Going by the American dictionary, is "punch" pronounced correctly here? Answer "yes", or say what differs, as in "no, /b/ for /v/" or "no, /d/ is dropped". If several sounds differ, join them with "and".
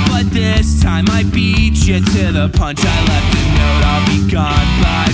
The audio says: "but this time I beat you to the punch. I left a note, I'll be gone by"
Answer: yes